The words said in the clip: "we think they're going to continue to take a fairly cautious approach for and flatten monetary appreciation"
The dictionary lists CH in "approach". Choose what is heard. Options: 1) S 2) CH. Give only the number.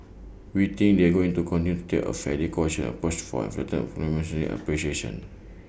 1